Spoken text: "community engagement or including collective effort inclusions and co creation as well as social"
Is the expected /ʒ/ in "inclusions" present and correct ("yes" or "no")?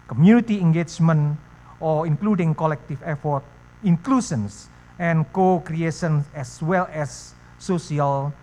no